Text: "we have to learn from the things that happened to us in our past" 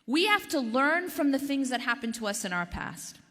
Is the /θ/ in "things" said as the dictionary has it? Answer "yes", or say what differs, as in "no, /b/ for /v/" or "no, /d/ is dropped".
yes